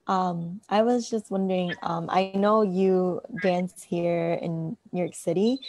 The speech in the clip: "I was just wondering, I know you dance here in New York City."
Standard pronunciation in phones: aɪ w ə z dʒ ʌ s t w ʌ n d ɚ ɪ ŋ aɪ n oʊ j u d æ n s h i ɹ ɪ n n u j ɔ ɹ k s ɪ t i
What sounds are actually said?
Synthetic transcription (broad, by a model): aɪ w ə z dʒ ʌ s t w ʌ n d ɚ ɪ ŋ aɪ n oʊ j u d æ n s h i ɹ ɪ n n j ɔ ɹ k s ɪ t i